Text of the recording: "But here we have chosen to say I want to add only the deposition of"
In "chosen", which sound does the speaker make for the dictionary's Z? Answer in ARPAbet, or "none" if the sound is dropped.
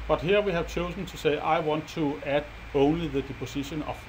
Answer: S